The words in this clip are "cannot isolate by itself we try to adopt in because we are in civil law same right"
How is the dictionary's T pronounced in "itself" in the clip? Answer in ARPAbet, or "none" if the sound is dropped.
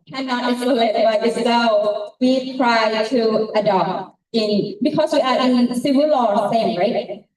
S